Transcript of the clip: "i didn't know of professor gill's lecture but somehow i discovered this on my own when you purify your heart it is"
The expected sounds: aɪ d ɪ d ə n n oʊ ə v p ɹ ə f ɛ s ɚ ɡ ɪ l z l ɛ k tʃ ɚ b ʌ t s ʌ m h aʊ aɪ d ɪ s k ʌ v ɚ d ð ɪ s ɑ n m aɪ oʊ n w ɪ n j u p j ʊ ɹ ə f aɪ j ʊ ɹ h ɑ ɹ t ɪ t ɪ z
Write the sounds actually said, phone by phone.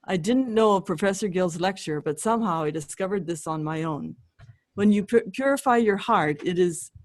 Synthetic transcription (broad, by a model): aɪ d ɪ d n n oʊ ə v p ɹ ə f ɛ s ɚ ɡ ɪ l z l ɛ k tʃ ɚ b ʌ t s ʌ m h aʊ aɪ d ɪ s k ʌ v ɚ d ð ɪ s n m aɪ oʊ n w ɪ n j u p j ʊ ɹ ə f aɪ j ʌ ɹ h ɑ ɹ t ɪ t ɪ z